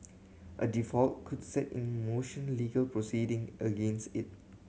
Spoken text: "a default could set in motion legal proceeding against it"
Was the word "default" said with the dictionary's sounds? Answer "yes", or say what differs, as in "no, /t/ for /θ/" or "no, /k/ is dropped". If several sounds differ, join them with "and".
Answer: yes